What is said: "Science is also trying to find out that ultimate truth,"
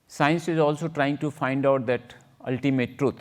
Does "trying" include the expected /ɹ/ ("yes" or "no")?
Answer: yes